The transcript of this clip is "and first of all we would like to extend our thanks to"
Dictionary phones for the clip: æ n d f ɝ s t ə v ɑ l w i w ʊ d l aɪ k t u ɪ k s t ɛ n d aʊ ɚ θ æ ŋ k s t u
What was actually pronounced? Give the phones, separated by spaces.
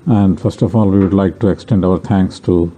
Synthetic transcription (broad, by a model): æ n d f ɝ s t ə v ɑ l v i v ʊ d l aɪ k t u ɪ k s t ɛ n d aʊ ɚ t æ ŋ k s t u